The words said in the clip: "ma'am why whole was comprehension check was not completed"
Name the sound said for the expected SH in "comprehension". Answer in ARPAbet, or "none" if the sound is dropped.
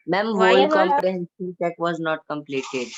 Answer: S